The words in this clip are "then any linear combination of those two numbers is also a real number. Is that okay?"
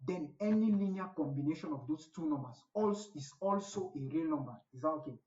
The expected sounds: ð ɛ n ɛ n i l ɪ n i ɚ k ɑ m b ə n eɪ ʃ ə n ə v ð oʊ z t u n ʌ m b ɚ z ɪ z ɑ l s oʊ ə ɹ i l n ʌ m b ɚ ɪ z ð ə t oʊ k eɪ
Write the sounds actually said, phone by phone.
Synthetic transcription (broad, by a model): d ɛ n ɛ n i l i n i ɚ k ɑ m b ə n eɪ ʃ ə n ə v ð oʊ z t u n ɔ m b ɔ s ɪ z ɑ l s oʊ ə ɹ i l n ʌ m b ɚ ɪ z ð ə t oʊ k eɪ